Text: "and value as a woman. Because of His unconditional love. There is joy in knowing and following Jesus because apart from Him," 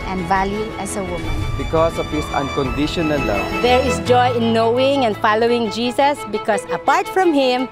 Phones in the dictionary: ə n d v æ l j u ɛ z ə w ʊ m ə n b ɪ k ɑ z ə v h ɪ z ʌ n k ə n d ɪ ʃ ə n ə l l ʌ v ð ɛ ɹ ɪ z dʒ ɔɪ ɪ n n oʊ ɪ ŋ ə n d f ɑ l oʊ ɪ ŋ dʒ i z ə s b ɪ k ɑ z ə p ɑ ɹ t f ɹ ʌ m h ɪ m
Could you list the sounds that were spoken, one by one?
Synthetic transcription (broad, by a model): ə n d v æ l j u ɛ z ə w ʊ m ə n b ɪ k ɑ s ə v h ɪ s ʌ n k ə n d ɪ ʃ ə n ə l l ʌ v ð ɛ ɹ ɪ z dʒ ɔɪ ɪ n n oʊ ɪ ŋ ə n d f ɑ l oʊ ɪ ŋ dʒ i s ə s b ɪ k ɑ s ə p ɑ ɹ t f ɹ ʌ m h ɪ m